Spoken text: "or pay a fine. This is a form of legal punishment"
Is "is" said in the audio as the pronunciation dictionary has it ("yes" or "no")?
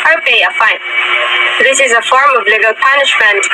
yes